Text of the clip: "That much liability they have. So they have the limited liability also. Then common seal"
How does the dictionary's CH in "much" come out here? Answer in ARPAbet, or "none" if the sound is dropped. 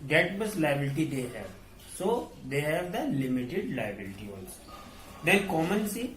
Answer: S